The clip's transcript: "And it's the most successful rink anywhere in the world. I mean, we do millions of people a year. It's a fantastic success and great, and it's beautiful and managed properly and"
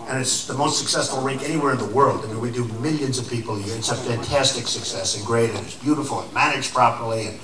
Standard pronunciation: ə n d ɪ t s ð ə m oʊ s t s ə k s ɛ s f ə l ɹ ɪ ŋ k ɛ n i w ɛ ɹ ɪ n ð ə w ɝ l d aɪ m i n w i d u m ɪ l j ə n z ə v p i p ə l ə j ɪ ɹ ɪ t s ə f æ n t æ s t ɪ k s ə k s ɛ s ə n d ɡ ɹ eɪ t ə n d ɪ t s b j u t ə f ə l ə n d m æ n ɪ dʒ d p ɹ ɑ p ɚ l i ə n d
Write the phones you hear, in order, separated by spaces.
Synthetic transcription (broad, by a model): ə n ɪ t s ð ə m oʊ s t s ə k s ɛ s f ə l ɹ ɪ ŋ k ɛ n i w ɛ ɹ ɪ n ð ə w ɝ l d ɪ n w i d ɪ m ɪ l j ə n z ə v p i p l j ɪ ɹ ɪ t s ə f æ n t æ s t ɪ k s ə k s ɛ s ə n ɡ ɹ eɪ t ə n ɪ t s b j u t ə f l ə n m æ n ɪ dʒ p ɹ ɑ p ɚ l i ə n